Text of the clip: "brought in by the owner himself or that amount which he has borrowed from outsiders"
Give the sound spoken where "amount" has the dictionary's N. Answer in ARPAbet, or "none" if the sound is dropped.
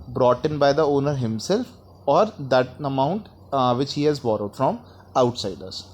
N